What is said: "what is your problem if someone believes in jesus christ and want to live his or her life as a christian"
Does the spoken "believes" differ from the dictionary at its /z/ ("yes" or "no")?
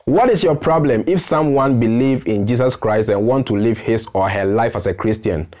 yes